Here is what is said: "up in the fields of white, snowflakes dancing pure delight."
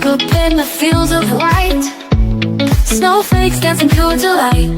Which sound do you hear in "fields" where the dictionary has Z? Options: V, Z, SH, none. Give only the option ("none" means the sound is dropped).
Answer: Z